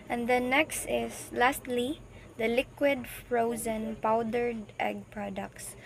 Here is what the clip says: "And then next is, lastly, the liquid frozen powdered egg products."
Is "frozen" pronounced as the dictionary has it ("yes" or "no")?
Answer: yes